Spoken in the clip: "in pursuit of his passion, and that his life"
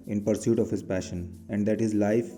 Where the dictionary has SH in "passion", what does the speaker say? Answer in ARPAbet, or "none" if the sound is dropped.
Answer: SH